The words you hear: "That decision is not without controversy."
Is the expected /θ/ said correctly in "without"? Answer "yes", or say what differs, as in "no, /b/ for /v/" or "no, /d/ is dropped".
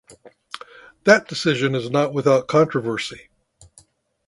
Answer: yes